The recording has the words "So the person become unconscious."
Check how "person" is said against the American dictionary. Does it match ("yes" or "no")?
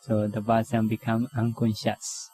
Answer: no